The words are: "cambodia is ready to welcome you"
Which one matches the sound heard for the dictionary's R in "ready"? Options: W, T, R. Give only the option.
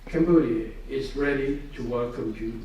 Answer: R